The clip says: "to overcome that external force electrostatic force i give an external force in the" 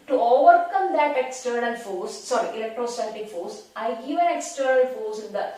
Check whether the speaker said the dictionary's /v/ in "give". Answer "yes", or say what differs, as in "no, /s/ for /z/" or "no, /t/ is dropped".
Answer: no, /v/ is dropped